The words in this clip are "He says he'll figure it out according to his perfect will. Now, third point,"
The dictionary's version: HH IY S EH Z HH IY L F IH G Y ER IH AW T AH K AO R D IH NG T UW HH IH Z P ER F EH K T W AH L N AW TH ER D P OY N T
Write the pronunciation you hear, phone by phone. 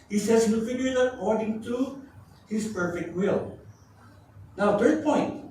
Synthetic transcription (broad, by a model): HH IY S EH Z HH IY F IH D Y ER IH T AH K AO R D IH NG T UW HH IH S P ER F EH K T W AH L N AW T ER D P OY N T